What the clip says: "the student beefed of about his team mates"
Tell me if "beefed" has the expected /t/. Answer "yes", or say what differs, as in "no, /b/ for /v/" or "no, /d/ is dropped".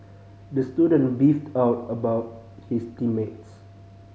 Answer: yes